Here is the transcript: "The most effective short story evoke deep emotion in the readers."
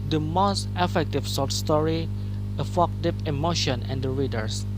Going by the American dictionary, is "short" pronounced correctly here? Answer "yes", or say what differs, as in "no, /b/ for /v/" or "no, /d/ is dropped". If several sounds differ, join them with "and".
no, /s/ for /ʃ/